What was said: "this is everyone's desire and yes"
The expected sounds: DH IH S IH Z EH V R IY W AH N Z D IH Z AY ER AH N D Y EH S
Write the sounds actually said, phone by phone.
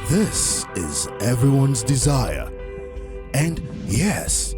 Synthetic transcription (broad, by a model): DH IH S IH Z EH V R IY W AH N Z D IH Z AY ER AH N Y EH S